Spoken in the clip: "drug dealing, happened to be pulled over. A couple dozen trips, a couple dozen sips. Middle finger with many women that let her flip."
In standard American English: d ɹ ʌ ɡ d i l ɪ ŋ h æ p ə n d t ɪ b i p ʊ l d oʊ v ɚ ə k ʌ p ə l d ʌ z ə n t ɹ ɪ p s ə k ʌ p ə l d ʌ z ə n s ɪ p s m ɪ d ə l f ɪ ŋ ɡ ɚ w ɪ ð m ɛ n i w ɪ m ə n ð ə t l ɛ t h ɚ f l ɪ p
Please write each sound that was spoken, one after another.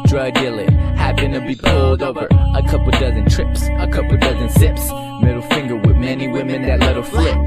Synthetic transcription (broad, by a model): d ɹ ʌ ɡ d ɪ l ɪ h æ b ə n t ɪ b i p ʊ l d oʊ v ɚ ə k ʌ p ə d ʌ z ə n t ɹ ɪ p s ə k ʌ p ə d ʌ z ə n s ɪ p s m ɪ d l f ɪ ŋ ɡ ɚ w ɪ ð m ɛ n i w ɪ m ə n ð ə t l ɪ t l f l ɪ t